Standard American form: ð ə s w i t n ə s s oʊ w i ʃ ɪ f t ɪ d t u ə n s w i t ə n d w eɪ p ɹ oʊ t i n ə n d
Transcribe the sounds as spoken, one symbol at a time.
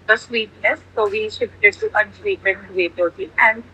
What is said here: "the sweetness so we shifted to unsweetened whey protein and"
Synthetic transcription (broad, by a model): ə s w i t n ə s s oʊ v i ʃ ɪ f t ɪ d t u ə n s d i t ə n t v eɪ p oʊ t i ə n d